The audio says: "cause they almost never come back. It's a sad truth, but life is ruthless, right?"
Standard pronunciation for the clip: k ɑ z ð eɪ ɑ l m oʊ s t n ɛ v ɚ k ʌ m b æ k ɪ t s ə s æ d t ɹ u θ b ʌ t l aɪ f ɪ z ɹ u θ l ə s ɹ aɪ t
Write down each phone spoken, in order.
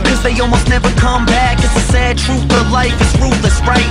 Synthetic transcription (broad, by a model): k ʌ z ð eɪ ɑ l m oʊ s t n ɛ v ɚ k ʌ m b æ k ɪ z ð ə s æ d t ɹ u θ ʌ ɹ l aɪ f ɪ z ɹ u t l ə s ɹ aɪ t